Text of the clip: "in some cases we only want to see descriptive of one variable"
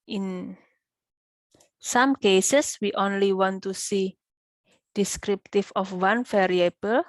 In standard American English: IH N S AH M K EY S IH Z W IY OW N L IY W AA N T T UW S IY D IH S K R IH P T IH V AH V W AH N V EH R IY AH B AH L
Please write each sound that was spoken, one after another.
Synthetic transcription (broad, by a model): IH N S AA M K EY S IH S W IY OW N L IY W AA N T T UW S IY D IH S K R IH P T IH F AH F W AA N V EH R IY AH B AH L